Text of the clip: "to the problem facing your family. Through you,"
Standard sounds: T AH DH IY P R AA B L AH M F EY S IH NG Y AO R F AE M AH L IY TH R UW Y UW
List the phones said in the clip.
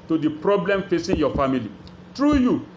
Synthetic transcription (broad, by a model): T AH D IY P R AA B L AH M F EY S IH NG Y AO F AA M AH L IY T R UW Y UW